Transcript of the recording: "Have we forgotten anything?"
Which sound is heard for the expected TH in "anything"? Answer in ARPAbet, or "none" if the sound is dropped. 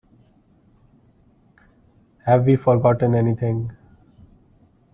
T